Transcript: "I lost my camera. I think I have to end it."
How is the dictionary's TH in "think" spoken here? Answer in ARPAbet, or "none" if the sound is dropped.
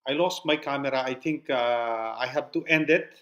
T